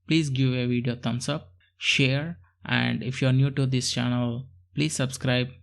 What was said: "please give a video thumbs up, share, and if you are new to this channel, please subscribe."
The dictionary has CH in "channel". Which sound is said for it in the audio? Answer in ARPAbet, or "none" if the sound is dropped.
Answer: CH